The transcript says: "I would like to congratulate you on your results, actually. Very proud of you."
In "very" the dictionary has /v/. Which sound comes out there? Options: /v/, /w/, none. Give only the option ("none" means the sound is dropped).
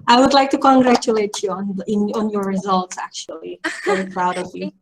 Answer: /w/